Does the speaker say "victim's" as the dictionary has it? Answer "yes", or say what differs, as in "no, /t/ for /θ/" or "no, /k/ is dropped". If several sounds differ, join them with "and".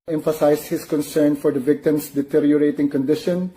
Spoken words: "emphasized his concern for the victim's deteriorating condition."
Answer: no, /s/ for /z/